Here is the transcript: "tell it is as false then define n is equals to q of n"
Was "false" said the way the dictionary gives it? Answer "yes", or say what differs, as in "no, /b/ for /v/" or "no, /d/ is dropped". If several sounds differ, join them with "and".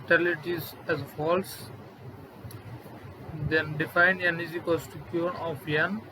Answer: yes